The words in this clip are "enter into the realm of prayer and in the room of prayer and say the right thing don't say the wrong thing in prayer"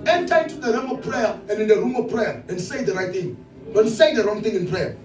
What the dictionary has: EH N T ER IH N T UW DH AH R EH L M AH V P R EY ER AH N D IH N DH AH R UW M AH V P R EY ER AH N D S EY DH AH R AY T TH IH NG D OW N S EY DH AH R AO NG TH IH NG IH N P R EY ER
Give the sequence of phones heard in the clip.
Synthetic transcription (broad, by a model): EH N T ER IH T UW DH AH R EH M AH V P R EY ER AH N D IH N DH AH R UW M AH V P R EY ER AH N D S EY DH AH R AY T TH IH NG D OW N S EY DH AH R AO NG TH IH NG IH N P R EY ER